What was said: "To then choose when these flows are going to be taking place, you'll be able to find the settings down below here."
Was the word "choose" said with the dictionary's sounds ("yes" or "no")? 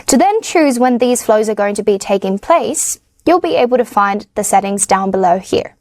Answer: yes